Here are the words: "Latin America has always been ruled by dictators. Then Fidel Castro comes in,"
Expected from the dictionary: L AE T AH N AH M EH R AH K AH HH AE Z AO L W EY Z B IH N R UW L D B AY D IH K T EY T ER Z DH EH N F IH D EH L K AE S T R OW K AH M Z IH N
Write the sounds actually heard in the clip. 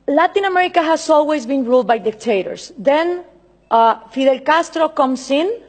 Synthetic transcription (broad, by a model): L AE T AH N AH M EH R AH K AH HH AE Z AO L W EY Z B IH N R UW L D B AY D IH K T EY T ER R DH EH N F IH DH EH L K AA S T R OW K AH M S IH N